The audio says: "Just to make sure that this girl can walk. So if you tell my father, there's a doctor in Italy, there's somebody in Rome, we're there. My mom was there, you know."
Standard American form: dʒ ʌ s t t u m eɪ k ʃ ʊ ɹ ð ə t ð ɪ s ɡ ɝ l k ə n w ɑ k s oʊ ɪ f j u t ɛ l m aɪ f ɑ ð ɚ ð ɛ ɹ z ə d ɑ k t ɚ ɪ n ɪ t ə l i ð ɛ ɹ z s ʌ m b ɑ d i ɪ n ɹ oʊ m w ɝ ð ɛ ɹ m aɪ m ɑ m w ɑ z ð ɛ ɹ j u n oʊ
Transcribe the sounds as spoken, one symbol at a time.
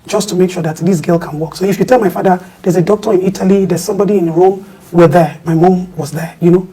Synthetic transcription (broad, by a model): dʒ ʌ s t t u m eɪ k ʃ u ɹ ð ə t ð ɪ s ɡ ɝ l k ə n w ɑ k s oʊ ɪ f j u t ɛ l m aɪ f ɑ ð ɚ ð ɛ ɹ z ə d ɑ k t ɚ ɪ n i t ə l i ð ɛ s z s ʌ m b ɑ d i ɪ n ɹ oʊ m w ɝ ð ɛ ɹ m aɪ m ɑ m w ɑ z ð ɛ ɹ j u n oʊ